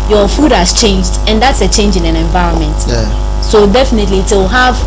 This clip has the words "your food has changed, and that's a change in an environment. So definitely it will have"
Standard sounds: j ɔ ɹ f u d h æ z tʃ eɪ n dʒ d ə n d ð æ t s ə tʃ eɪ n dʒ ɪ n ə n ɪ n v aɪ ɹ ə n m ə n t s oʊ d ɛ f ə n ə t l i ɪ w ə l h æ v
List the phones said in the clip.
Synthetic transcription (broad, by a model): j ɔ f u d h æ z tʃ eɪ n dʒ d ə n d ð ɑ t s ə tʃ eɪ n dʒ ɪ n ə n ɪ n v aɪ ɹ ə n m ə n t s oʊ d ɛ f ə n ə t l i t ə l h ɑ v